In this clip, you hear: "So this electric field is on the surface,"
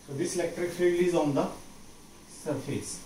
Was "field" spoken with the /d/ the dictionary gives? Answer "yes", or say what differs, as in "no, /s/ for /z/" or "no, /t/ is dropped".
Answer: no, /d/ is dropped